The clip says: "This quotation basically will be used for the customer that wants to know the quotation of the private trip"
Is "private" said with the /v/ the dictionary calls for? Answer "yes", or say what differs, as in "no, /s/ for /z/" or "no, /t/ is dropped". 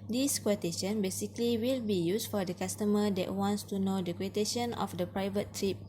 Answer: yes